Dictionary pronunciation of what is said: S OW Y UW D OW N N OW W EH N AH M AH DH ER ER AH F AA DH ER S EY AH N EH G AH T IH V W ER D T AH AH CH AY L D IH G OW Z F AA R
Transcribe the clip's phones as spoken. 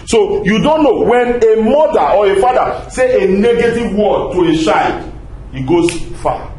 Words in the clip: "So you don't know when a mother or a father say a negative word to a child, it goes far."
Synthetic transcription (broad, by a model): S OW Y UW D OW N N OW W EH N AH M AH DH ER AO AH F AA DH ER S EY AH N EH G AH T IH V W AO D T AH AH SH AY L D IH G OW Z F AA